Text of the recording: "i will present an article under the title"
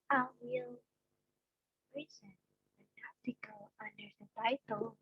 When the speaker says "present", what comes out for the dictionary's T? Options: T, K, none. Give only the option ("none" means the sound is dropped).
none